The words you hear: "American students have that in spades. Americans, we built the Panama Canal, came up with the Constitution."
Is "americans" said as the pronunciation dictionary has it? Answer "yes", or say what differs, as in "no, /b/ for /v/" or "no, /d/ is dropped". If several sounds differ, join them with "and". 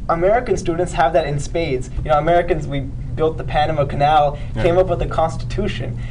yes